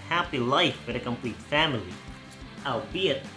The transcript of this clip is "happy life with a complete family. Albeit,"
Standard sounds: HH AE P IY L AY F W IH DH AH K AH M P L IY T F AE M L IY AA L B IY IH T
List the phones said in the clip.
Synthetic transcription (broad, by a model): HH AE P IY L AY F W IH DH AH K AH M P L IY T F AE M L IY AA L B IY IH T